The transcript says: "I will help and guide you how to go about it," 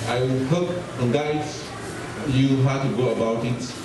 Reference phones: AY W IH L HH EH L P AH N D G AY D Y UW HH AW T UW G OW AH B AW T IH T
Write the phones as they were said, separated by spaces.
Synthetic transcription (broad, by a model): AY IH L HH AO P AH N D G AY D Y UW HH AW T UW G OW AH B AW T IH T